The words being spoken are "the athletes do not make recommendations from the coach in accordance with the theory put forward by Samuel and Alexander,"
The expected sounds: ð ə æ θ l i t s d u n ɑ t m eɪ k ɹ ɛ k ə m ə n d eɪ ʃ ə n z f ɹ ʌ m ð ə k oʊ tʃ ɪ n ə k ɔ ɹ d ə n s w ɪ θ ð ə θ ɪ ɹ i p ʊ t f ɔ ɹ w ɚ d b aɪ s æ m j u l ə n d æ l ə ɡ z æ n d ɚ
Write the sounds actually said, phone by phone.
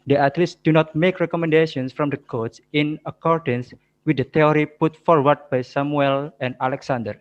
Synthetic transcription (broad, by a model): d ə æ t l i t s d u n ɑ t m eɪ k ɹ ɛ k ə m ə n d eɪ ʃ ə n s f ɹ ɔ m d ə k oʊ s ɪ n ə k ɔ ɹ d ə n s w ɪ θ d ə t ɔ ɹ i p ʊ t f ɔ ɹ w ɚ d b aɪ s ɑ m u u l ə n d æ l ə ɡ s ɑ n d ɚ